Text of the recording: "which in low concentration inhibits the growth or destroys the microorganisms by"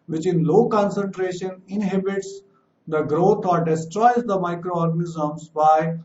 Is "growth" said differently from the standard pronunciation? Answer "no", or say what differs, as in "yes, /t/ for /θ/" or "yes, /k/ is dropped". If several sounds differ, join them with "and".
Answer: yes, /t/ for /θ/